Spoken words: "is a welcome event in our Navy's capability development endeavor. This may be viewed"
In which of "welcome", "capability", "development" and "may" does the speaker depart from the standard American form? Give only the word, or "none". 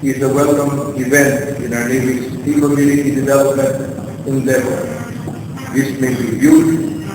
capability